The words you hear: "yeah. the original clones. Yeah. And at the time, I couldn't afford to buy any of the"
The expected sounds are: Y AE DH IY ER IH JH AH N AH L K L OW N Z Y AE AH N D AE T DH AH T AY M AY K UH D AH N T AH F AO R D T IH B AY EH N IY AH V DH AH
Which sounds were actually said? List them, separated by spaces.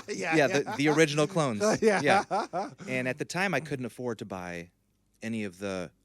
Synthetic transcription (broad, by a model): Y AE DH IY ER IH JH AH N L K L OW N Z Y AE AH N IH T DH AH T AY M AY K UH D N T AH F AO R D T IH B AY EH N IY AH V DH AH